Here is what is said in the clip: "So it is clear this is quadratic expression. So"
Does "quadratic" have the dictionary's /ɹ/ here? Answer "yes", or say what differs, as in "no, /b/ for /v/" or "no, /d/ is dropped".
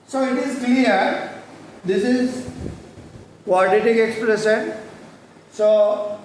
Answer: no, /ɹ/ is dropped